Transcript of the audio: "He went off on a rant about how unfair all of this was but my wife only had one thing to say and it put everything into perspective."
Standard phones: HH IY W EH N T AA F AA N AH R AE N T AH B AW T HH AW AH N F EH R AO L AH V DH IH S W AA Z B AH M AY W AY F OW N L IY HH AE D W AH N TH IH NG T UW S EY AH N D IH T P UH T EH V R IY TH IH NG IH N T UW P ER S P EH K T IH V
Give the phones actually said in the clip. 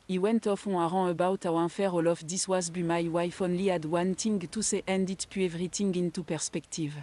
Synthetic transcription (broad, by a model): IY W EH N T AA F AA AH R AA AH B AW T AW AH F EH R AO L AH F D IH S W AA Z B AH M AY W AY F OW N L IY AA D W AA N T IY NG T UW S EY AH N D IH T P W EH V R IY T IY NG IH N T UW P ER S P EH K T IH V